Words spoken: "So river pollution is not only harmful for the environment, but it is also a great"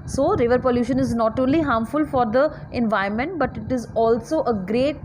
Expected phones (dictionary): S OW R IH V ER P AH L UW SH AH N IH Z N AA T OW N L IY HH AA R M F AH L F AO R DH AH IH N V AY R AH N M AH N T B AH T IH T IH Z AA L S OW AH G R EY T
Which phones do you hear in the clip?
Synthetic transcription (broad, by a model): S OW R IH V ER P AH L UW SH AH N IH Z N AA T OW N L IY HH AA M F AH L F AO R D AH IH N V AY AH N M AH N T B AH T IH T IH Z AA L S OW AH G R EY T